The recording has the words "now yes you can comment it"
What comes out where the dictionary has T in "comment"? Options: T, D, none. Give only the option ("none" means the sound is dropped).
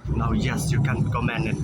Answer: none